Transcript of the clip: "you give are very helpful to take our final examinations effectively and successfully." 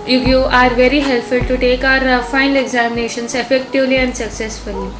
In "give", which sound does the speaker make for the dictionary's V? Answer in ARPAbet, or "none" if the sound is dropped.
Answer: none